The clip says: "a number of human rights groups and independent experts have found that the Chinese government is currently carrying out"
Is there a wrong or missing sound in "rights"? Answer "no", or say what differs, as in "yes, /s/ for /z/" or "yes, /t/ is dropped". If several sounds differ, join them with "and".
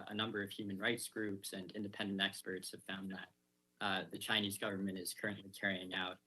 no